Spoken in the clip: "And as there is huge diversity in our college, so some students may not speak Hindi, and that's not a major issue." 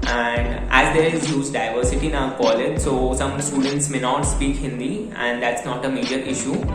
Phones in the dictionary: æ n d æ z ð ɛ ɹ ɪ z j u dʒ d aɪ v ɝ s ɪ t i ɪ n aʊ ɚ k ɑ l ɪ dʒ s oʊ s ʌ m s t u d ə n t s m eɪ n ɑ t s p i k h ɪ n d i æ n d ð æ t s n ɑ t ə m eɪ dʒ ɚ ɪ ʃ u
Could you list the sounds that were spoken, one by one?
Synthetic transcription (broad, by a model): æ n d æ z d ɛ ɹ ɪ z j u z d aɪ v ɝ s ɪ t i n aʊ k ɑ l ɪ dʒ s oʊ s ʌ m s t u d ə n t s m eɪ n ɑ t s p i k h ɪ n d i æ n d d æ t s n ɑ t ə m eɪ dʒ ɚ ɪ ʃ u